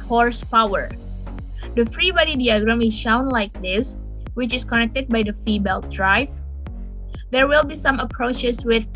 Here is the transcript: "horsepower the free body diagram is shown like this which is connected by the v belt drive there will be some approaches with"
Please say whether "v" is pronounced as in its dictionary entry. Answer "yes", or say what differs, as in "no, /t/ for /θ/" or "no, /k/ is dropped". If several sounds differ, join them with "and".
no, /f/ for /v/